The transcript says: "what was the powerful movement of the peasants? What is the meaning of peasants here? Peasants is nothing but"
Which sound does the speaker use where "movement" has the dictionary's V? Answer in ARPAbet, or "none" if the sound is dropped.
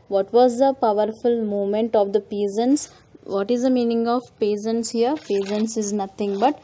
none